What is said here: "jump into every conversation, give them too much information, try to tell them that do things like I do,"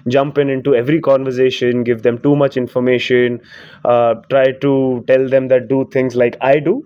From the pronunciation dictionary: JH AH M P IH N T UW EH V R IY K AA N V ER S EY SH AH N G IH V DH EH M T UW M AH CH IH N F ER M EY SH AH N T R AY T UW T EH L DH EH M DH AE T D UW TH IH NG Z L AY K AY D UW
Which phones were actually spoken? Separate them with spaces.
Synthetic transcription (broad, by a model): JH AH M P IH N T UW EH V R IY K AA N V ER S EY SH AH N G IH V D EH M T UW M AH CH IH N F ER M EY SH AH N T R AY T UW T EH L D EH M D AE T D UW T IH NG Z L AY K AY D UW